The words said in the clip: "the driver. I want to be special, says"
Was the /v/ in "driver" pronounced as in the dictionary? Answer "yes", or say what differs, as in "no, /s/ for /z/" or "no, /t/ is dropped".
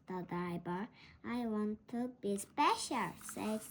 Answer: no, /b/ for /v/